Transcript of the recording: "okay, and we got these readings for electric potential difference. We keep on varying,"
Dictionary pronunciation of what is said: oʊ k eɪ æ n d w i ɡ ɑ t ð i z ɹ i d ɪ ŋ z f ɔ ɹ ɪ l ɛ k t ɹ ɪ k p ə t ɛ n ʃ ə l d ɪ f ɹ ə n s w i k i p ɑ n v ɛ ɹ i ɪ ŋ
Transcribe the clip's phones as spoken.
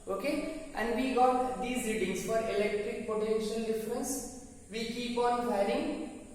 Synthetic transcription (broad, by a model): oʊ k eɪ æ n d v i ɡ ɑ t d i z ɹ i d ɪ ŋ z f ɔ ɹ ɪ l ɛ k t ɹ ɪ k p ə t ɛ n ʃ ə l d ɪ f ɹ ə n s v i k i p ɑ n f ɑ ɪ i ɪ ŋ